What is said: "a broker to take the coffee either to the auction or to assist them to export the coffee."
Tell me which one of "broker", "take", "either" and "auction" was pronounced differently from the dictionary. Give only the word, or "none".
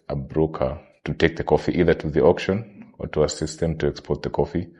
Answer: none